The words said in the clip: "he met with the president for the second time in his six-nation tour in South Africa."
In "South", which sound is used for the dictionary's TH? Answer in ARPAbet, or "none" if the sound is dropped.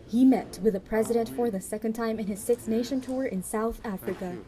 TH